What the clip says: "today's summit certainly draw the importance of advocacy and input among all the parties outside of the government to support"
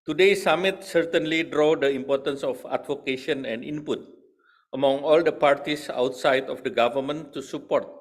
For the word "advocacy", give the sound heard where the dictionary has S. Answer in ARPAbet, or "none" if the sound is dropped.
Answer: SH